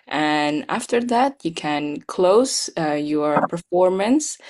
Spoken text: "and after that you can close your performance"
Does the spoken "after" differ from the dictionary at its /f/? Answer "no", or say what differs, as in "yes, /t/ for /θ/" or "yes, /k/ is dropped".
no